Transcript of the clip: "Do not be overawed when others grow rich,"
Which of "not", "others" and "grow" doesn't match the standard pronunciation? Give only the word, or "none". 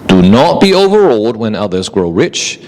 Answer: none